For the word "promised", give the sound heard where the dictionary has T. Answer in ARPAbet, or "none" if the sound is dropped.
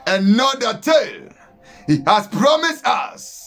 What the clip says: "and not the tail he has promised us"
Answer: T